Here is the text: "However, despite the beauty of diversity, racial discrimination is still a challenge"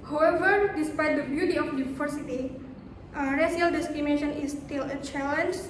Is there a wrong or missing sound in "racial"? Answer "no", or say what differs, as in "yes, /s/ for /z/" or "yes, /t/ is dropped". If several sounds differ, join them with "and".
yes, /s/ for /ʃ/